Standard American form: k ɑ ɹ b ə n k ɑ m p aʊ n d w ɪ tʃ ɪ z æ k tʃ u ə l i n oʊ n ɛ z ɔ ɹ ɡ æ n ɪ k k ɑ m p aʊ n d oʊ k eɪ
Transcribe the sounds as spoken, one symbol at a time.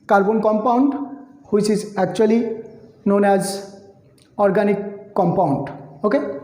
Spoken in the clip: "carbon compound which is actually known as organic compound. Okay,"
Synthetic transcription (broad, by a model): k ɑ ɹ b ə n k ɑ m p aʊ n d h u s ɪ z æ k tʃ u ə l i n oʊ n ɛ z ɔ ɹ ɡ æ n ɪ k k ɑ m p aʊ n d oʊ k eɪ